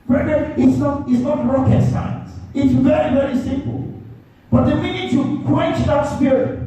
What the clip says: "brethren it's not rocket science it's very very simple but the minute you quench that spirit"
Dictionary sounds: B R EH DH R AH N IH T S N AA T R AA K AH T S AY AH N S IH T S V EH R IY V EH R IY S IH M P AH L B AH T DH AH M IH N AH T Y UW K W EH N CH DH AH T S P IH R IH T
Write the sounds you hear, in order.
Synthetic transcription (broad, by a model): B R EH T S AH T IH T S N AA T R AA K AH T S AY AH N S IH T S V EH R IY V EH R IY S IH M P AH L B AH T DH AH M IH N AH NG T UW K W EH N CH DH AH T S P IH R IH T